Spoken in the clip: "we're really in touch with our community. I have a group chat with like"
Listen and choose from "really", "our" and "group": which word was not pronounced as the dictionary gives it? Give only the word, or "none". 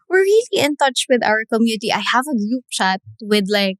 group